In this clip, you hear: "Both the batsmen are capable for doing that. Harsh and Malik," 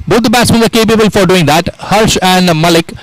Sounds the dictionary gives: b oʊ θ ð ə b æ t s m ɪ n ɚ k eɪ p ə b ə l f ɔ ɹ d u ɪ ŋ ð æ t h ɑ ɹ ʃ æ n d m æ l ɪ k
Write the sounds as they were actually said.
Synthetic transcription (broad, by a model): b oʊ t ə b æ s ɪ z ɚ k eɪ p ə b ə l f ɔ ɹ d u ɪ ŋ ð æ t h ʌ ɹ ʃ æ n d m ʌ l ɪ k